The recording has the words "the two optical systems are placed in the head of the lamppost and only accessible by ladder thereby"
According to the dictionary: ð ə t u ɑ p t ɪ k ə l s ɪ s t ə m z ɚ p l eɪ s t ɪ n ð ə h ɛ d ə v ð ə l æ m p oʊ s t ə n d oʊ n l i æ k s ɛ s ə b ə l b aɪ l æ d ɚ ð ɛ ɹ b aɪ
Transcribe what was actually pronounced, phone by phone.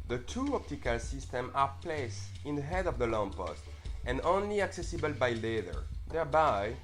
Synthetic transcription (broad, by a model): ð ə t u ɑ p t ɪ k ə l s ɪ s t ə m ɚ p l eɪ s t ɪ n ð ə h ɛ d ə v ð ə l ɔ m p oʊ s t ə n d oʊ n l i æ k s ɛ s ə b ə l b aɪ l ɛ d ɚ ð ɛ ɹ b aɪ